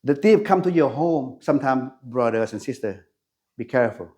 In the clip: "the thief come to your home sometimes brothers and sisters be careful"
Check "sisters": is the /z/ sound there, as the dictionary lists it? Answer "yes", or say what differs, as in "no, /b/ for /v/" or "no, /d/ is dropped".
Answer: no, /z/ is dropped